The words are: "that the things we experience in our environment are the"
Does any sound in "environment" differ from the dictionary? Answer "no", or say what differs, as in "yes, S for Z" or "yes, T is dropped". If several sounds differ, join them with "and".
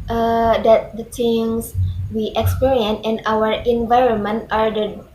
no